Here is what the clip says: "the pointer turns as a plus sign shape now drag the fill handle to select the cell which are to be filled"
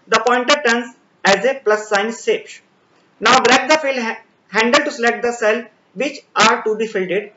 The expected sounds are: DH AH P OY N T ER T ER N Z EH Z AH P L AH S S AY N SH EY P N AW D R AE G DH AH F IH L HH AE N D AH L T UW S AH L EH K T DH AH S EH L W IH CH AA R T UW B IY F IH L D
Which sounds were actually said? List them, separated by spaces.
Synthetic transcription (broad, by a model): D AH P OY N T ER T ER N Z EH Z AH P L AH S S AY N S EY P N AW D R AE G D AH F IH L HH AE N D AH L T UW S AH L EH K T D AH S EH L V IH CH AA R T UW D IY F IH L D